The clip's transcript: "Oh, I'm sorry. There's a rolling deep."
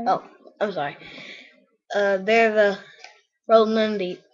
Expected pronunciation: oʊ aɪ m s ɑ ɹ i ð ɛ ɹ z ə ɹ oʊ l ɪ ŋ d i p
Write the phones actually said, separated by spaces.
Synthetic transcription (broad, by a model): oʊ aɪ m s ɑ ɹ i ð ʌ ɹ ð ə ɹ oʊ n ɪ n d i